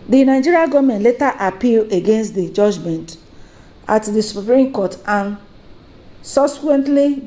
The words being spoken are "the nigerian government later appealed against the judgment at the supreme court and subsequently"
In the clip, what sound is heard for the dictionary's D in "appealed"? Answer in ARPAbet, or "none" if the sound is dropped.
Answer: none